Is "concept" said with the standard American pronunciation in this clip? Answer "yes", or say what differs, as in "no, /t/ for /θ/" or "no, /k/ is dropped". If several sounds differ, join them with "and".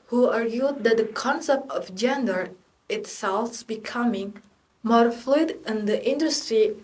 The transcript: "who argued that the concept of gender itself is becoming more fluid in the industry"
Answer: yes